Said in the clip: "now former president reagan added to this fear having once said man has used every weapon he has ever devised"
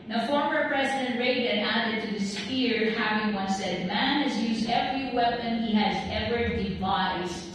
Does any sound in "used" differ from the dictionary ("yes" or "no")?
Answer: no